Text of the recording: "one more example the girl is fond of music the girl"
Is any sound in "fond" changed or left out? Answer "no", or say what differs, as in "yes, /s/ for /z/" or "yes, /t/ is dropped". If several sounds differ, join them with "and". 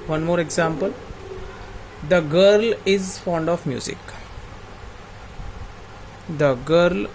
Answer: no